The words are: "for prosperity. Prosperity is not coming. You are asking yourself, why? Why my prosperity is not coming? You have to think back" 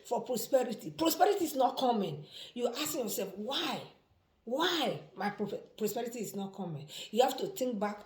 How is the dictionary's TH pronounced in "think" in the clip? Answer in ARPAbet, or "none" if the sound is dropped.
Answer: T